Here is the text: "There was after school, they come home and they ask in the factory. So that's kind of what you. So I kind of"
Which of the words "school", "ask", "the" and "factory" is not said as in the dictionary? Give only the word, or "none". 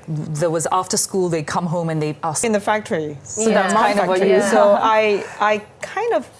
ask